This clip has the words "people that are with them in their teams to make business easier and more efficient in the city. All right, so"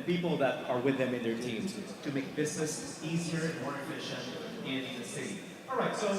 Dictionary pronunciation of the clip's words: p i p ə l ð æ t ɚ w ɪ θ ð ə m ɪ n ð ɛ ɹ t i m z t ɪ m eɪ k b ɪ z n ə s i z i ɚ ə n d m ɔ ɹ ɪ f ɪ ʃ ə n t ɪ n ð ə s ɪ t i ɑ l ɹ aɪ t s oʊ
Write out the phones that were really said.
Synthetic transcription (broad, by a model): p i p l ð æ t ɚ w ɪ ð ə m ɪ n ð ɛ ɹ t i m z t ɪ m eɪ k b ɪ z n ə s i z i ɚ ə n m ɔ ɹ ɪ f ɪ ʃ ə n ɪ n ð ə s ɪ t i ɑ ɹ aɪ t s oʊ